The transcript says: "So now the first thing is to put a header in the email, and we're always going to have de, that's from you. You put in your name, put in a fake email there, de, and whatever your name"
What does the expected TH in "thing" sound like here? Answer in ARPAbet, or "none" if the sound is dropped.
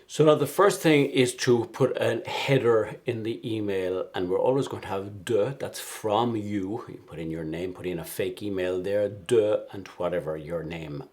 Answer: TH